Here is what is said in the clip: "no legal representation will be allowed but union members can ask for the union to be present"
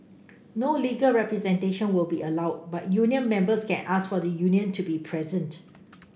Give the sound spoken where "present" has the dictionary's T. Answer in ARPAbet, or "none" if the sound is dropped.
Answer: T